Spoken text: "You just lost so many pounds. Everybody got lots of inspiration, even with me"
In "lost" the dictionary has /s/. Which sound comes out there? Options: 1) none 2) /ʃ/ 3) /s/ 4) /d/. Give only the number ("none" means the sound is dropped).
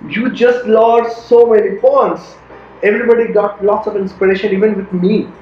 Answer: 1